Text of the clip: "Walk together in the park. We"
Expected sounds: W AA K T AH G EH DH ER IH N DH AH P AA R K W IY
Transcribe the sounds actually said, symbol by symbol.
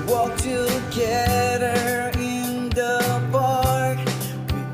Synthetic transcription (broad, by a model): W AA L T AH G EH DH ER IH N DH AH B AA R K